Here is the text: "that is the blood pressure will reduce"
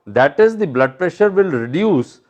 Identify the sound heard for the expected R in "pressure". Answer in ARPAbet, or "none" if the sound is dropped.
R